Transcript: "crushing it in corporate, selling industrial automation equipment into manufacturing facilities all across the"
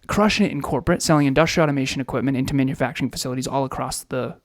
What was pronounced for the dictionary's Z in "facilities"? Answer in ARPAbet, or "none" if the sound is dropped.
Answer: Z